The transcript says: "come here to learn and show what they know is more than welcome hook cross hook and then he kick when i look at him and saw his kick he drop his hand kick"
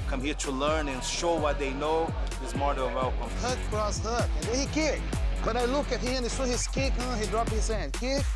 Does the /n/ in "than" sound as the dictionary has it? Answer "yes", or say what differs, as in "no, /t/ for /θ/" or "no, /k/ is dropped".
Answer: no, /l/ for /n/